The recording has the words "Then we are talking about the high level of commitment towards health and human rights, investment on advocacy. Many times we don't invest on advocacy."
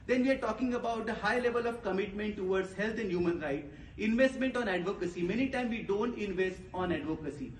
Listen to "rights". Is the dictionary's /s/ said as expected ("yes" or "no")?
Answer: no